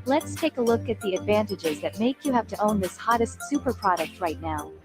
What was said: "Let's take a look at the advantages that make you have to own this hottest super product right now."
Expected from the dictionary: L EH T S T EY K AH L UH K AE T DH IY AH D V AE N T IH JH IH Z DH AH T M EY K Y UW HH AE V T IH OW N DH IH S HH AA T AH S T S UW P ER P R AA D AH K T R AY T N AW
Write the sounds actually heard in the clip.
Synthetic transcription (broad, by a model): L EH T S T EY K AH L UH K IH T DH IY AH D V AE N T IH JH IH Z DH AH T M EY K Y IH HH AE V T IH OW N DH IH S HH AA T AH S T S UW P ER P R AA D AH K T R AY T N AW